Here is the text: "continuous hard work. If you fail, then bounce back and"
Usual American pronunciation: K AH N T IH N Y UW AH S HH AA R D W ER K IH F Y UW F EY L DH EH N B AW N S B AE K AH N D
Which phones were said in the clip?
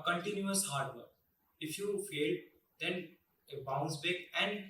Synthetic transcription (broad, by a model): K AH N T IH N Y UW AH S HH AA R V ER IH F Y UW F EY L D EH N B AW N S B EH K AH N D